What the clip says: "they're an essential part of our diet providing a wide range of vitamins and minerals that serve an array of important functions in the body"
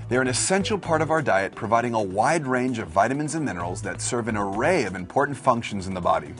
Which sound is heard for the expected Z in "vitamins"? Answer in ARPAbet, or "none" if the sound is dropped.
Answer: Z